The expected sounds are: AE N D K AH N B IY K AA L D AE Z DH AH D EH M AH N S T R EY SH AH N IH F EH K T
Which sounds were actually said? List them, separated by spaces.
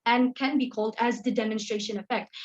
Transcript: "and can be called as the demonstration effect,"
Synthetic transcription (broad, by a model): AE N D K AH N B IY K AA L D AE Z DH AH D EH M AH N S T R EY SH AH N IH F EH K T